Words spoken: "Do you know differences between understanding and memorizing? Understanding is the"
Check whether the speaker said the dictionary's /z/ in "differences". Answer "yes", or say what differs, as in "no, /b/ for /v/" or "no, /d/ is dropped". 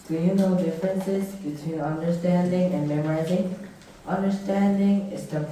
yes